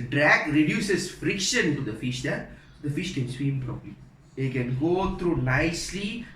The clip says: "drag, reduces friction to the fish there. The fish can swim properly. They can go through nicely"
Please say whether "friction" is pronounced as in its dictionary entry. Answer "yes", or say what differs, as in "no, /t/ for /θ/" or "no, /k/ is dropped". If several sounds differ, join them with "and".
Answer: yes